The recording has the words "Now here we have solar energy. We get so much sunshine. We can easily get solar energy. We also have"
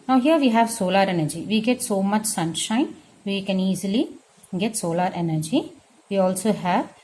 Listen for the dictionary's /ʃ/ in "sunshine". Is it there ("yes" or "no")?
yes